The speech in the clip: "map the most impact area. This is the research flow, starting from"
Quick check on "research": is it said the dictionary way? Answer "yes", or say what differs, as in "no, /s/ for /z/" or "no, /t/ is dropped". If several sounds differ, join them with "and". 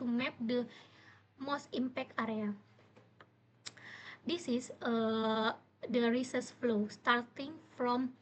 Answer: no, /s/ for /tʃ/